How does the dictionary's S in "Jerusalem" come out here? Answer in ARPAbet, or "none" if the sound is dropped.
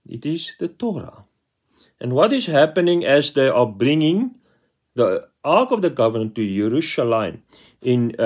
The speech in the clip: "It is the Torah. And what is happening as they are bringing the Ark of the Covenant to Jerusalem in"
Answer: SH